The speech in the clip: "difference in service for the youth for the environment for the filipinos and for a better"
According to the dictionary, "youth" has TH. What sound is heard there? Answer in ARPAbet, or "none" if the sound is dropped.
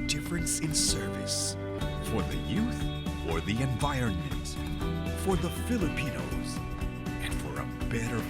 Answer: TH